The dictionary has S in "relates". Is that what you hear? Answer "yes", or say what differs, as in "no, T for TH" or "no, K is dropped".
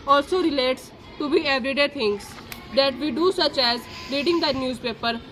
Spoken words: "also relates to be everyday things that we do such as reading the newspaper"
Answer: yes